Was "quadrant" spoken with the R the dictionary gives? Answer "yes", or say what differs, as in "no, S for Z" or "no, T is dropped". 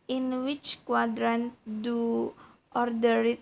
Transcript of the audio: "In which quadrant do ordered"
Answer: yes